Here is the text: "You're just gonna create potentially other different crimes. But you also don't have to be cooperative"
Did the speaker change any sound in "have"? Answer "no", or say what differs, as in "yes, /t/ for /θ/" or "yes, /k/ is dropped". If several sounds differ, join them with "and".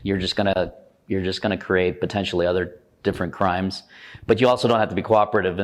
yes, /f/ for /v/